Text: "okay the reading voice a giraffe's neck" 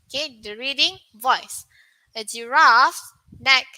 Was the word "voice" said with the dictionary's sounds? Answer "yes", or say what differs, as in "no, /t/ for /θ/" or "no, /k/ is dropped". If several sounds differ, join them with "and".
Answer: yes